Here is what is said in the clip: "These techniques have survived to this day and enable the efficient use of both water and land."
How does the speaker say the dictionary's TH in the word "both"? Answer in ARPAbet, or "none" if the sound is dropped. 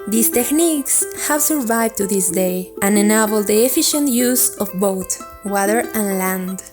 T